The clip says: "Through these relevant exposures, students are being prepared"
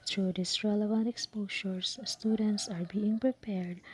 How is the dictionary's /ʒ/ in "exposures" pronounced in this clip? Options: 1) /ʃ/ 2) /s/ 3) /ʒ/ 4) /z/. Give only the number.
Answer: 1